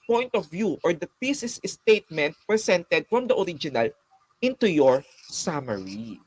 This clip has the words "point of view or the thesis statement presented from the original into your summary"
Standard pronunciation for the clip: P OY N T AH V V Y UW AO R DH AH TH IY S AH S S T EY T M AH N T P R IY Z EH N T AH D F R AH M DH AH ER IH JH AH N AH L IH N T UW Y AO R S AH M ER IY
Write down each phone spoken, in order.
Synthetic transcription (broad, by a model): P OY N T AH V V Y UW AO R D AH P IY S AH S S T EY T M AH N T P R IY S EH N T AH D F R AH M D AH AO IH JH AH N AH L IH N T UW Y AO R S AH M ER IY